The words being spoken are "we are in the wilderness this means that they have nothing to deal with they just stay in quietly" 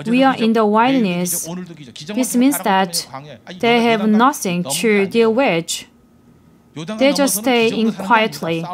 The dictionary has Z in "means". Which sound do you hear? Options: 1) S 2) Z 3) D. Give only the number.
1